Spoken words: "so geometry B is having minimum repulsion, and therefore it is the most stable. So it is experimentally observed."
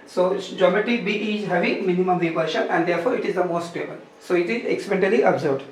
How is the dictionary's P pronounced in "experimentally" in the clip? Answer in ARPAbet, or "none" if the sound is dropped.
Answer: none